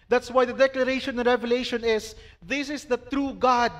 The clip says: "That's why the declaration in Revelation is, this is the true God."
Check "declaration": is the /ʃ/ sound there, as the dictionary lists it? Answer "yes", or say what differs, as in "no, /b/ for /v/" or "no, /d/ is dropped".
no, /ʃ/ is dropped